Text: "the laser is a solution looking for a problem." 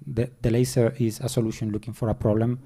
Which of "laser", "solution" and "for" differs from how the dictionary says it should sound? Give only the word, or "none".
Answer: laser